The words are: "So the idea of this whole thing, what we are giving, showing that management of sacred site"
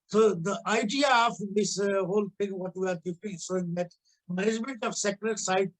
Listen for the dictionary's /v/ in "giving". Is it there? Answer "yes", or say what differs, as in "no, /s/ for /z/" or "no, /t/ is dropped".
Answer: no, /p/ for /v/